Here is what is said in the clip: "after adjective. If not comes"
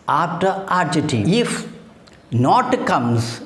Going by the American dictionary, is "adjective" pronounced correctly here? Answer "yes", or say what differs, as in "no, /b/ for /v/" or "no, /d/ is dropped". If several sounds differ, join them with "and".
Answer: no, /k/ is dropped and /v/ is dropped